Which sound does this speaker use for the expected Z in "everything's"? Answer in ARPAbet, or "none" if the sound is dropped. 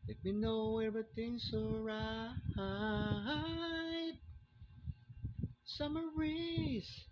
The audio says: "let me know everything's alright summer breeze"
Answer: S